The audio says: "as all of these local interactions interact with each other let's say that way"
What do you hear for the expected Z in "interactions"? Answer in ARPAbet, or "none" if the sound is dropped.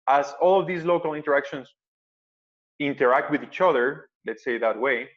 S